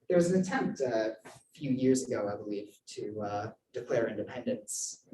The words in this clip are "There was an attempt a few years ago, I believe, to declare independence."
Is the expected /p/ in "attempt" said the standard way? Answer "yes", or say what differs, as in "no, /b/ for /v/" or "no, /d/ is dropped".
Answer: yes